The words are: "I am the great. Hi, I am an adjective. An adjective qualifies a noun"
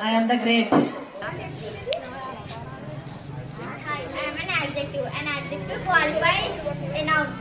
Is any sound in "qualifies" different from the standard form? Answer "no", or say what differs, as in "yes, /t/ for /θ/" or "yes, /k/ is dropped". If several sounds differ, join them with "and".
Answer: yes, /z/ is dropped